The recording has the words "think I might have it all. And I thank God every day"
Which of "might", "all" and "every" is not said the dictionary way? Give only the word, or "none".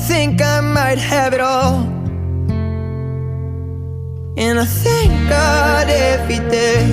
every